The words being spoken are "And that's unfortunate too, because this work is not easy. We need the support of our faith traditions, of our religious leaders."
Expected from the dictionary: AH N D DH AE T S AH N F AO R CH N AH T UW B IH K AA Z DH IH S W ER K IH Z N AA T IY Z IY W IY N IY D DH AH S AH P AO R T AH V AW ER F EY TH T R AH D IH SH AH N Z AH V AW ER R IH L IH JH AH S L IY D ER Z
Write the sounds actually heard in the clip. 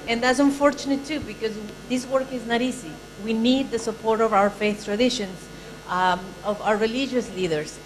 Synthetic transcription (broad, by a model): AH N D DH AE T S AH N F AO R CH N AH T UW B IH K AA Z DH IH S W ER K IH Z N AA T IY S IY W IY N IY D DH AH S AH P AO R T AH V AW ER F EY TH T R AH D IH SH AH N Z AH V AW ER R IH L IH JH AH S L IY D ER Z